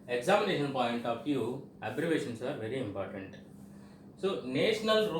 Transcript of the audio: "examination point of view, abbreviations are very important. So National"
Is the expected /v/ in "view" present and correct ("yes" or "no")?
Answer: no